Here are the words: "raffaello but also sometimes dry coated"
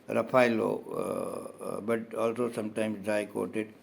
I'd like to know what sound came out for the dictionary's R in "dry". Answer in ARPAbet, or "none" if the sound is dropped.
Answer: none